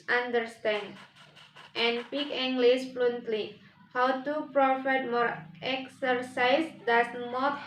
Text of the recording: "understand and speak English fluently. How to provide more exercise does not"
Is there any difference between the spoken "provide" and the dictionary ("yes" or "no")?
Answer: yes